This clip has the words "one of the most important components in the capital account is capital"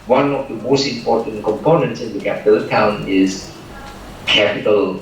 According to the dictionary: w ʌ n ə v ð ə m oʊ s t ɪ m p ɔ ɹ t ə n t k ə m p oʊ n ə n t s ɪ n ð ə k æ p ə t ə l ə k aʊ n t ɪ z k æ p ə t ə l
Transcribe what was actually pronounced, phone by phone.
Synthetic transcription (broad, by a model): w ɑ n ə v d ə m oʊ s t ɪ m p ɔ t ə n k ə m p oʊ n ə n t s ɪ n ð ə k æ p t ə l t aʊ n ɪ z k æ p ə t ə l